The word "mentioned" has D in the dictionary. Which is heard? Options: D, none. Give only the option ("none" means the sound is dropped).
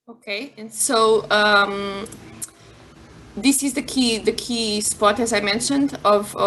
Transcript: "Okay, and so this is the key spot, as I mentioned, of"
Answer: D